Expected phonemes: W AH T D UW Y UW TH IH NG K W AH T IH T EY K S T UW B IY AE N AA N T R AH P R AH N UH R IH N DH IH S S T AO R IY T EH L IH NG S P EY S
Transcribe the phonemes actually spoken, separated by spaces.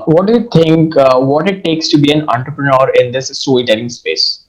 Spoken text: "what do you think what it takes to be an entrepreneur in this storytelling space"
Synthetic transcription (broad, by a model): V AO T D UW Y UW T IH NG K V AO T IH T EY K S T UW B IY AE N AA N T R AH P R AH N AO R IH N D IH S S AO L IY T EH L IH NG S P EY S